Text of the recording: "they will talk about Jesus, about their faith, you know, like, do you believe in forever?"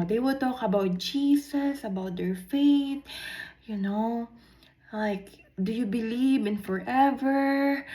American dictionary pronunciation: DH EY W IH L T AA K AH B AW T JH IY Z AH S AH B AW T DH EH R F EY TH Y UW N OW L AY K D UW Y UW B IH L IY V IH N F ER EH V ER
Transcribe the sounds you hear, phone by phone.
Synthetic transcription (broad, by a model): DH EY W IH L T AA K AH B AW T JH IY S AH S AH B AW T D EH R F EY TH Y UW N OW L AY K D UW Y UW B IH L IY V IH N F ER EH V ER